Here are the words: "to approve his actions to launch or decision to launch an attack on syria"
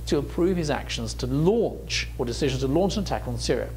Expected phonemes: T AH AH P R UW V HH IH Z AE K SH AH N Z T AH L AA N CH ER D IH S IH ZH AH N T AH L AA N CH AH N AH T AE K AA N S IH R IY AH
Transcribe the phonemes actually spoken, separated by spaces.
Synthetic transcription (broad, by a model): T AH AH P R UW V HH IH Z AE K SH AH N Z T AH L AA N CH ER D IH S IH ZH AH N T AH L AA N CH AH N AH T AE K N S IH R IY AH